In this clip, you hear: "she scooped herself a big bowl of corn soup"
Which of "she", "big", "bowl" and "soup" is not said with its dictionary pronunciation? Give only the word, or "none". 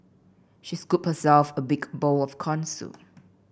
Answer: soup